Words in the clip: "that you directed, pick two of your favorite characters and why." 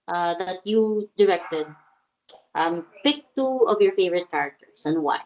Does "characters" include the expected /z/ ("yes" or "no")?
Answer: no